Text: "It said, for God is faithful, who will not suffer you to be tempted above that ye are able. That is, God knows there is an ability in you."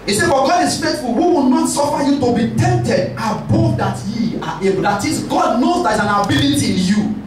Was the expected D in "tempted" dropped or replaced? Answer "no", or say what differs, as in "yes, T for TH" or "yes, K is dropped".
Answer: no